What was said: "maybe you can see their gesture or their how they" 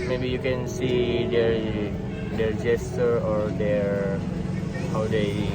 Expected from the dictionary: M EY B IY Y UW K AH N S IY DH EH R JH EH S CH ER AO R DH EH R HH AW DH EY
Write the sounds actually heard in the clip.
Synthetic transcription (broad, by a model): M EY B IY Y UW K AH N S IY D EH R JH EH S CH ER AO R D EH R HH AW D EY